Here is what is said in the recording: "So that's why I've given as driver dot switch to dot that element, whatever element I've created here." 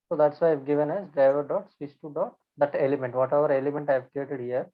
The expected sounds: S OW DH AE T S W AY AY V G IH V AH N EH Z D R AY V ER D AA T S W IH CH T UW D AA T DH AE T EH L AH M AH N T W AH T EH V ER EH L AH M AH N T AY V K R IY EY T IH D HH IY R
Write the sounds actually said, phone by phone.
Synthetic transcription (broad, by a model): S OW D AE T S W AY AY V G IH V AH N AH S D AY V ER D AA T S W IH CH T UW D AA T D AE T EH L AH M AH N T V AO T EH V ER EH L AH M AH N T AY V K R IY EY T IH D HH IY R